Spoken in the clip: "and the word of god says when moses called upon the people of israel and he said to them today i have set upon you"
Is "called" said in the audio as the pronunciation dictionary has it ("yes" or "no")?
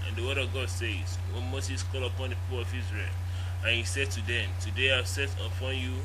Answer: no